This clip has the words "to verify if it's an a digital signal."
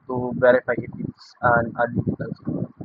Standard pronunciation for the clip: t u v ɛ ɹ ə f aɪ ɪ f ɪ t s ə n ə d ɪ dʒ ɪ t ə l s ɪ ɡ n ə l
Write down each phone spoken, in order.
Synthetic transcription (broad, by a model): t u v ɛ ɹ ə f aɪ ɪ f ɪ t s ə n ə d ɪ ɪ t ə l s